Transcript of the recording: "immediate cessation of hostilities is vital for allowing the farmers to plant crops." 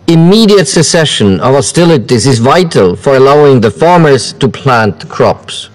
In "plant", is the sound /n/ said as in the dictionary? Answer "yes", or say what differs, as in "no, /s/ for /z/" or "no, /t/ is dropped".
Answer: yes